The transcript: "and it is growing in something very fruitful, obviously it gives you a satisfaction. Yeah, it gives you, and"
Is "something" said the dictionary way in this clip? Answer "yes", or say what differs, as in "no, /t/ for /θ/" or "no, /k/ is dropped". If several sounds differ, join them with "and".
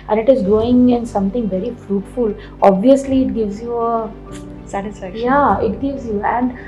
no, /t/ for /θ/